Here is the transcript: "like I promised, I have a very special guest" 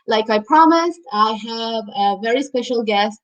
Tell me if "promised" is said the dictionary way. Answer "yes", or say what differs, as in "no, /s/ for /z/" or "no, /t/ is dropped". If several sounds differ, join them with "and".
yes